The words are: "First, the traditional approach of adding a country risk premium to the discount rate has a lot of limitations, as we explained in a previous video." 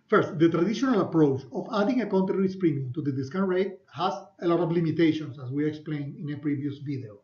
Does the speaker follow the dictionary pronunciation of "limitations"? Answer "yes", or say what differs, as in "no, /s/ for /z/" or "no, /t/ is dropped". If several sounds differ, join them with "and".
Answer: no, /s/ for /z/